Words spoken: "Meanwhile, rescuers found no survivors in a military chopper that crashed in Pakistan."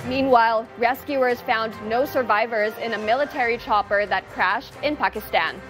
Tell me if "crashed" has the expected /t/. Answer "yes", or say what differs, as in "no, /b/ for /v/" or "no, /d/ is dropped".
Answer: yes